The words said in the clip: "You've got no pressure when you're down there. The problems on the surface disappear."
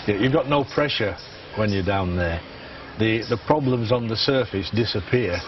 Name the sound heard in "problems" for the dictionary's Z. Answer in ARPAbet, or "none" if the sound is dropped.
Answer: Z